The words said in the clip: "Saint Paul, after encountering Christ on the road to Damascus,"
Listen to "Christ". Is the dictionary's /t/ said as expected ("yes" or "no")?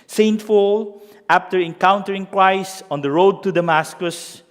no